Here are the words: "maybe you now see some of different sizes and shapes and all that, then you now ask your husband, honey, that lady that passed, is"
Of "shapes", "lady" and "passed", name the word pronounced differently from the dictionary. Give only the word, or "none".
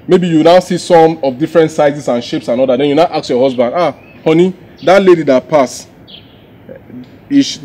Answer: passed